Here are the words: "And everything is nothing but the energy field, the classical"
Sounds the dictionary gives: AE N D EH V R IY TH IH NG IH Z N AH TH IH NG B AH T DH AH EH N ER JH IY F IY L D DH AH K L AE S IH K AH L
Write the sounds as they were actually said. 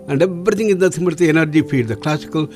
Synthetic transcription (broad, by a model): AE N D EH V R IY T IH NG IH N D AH S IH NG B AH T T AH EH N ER JH IY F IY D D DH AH K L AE S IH K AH L